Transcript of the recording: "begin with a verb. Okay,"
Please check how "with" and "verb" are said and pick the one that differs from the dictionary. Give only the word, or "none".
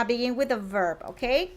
none